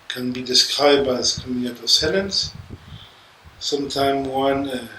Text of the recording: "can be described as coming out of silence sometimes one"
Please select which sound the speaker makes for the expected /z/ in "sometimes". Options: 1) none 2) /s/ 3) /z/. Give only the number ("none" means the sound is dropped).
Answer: 1